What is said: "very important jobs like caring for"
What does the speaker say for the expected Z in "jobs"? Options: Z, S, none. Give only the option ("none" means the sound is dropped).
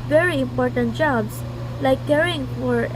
S